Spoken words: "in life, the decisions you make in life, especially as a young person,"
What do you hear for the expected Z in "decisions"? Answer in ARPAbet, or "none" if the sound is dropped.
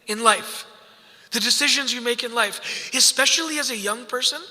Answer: Z